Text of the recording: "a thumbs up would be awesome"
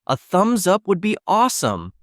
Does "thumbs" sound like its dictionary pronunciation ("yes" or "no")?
yes